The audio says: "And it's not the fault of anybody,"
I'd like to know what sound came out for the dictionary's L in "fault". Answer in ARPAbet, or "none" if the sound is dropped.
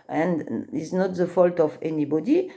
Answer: L